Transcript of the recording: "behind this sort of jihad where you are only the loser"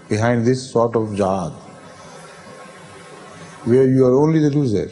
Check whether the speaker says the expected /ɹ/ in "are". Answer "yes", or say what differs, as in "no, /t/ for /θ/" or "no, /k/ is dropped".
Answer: yes